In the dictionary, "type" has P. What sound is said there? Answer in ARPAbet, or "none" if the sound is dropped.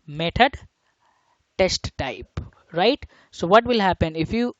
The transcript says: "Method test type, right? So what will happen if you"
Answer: P